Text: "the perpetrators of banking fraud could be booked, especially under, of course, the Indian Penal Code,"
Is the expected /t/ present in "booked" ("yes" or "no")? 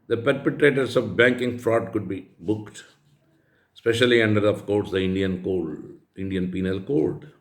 yes